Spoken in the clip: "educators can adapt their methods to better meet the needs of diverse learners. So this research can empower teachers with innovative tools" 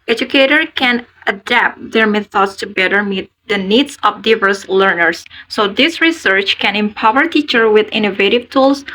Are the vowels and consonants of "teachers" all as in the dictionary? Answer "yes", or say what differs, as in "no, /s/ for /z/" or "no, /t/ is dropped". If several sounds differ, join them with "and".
no, /z/ is dropped